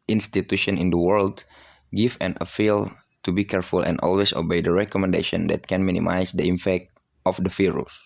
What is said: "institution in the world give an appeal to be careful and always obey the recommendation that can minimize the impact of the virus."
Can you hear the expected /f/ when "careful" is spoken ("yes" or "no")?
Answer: yes